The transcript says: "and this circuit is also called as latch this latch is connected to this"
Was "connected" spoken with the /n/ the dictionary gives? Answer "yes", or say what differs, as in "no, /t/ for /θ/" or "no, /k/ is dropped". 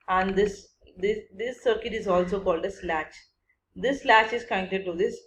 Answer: no, /n/ is dropped